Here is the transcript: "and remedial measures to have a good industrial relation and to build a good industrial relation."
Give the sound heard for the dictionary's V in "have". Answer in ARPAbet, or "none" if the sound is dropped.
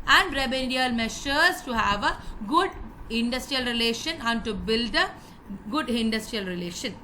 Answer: V